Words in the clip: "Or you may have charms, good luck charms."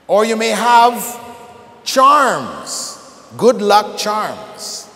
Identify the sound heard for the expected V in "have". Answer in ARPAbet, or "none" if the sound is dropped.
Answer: V